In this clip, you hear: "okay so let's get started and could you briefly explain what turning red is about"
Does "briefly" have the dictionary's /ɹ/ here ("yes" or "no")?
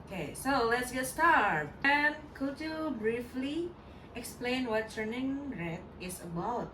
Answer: yes